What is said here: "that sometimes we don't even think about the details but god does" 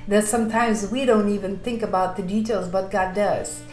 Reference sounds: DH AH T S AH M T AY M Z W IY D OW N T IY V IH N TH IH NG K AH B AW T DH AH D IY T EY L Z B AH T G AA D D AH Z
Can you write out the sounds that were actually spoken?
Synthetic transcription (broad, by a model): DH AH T S AH M T AY M Z W IY D OW N T IY V IH N TH IH NG K AH B AW T DH AH D IY T EY L Z B AH T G AA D D AH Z